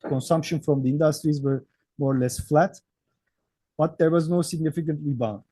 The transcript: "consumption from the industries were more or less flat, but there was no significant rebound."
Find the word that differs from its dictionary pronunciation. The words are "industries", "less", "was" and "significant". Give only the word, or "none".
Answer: none